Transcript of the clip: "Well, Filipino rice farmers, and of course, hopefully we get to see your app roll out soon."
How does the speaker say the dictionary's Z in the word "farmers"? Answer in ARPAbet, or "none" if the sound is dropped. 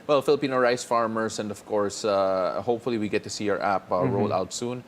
S